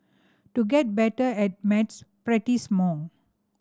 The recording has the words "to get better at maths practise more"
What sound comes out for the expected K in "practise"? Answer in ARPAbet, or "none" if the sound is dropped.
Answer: none